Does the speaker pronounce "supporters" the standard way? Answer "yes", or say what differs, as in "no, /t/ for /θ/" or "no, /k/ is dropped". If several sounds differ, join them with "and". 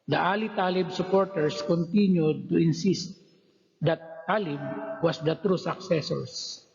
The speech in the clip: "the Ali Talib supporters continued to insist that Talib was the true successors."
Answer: no, /s/ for /z/